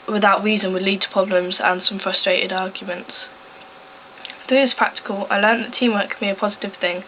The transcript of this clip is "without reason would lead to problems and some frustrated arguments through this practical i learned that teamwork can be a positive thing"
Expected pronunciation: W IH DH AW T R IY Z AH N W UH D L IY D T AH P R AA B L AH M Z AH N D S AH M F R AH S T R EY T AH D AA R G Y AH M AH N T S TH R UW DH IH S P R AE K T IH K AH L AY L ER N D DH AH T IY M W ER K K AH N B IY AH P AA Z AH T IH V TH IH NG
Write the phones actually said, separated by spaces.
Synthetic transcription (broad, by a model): W IH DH AW T R IY Z AH N W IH D L IY D T AH P R AA B L AH M Z AH N S AH M F R AH S T R EY T AH D AA G Y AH M AH N T S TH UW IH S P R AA K T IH K AH L AY L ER N DH AH T IY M W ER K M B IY AH P AA Z AH T IH V TH IH NG